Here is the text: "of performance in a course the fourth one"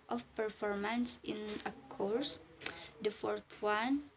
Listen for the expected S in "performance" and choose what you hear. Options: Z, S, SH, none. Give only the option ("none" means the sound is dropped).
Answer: S